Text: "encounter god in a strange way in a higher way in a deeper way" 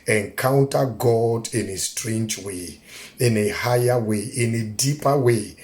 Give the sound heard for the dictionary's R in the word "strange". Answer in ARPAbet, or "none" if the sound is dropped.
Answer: R